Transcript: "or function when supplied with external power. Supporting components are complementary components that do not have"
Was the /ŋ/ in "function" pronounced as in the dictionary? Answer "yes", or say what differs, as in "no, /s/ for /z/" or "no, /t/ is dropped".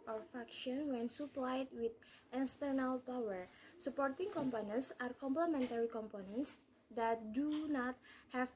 no, /ŋ/ is dropped